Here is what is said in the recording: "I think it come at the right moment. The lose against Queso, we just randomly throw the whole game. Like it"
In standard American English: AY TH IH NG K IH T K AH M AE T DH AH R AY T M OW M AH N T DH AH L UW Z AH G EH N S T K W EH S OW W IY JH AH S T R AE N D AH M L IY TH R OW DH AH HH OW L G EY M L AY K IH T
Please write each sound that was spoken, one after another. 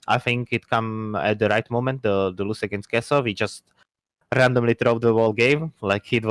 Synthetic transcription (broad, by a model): AY TH IH NG K IH T K AH M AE T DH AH R AY T M OW M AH N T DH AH L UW S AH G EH N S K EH S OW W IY JH AH S T R AE N D AH M L IY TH R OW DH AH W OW L G EY M L AY K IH T